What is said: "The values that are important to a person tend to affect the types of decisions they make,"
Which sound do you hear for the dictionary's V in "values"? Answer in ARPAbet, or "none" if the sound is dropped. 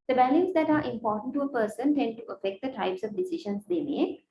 B